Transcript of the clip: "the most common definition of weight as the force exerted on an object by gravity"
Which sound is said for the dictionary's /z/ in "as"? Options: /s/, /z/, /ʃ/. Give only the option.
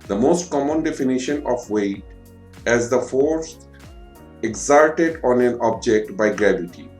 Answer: /z/